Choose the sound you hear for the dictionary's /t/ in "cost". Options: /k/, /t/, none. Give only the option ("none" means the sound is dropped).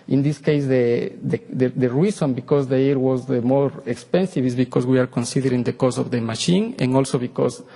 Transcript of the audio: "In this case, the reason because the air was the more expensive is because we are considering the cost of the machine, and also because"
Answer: none